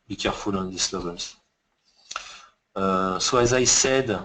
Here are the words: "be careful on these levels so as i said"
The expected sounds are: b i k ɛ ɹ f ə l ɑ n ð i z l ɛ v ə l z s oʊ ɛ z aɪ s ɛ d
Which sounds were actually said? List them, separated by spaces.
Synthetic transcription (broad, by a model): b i k ɛ ɹ f ə l ɑ n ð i s l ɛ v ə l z s oʊ ɛ z aɪ s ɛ d